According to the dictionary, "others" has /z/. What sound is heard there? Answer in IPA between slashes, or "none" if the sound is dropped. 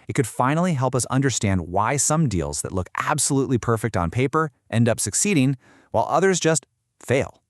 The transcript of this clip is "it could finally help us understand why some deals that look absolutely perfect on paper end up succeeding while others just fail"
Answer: /z/